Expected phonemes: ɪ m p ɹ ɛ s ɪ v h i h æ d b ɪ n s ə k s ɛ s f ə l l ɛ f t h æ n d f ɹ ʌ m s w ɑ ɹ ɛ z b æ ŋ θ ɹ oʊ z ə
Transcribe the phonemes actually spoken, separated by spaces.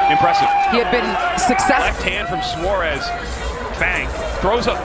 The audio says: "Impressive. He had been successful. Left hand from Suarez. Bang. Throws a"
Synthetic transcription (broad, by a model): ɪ m p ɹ ɛ s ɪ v h i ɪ d b ɪ n s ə k s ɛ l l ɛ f t h æ n d f ɹ ʌ m s w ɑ ɹ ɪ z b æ ŋ θ ɹ oʊ z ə